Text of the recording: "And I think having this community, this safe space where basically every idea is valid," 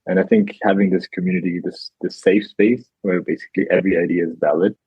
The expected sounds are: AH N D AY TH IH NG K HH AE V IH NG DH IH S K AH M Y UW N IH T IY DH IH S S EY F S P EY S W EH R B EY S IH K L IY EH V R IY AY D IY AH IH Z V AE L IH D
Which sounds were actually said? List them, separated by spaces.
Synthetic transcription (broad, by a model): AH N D AY TH IH NG K HH AE V IH NG DH IH S K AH M Y UW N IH T IY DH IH S S EY F S P EY S W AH R B EY S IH K L IY EH V R IY AY D IY AH IH Z V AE L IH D